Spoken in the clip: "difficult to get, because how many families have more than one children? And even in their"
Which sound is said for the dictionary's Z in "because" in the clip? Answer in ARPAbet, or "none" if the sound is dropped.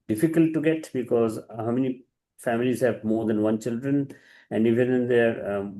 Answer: Z